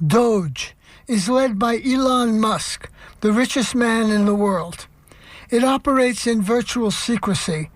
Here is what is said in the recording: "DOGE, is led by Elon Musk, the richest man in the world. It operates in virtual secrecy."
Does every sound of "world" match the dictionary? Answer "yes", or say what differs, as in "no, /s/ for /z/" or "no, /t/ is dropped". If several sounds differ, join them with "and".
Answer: yes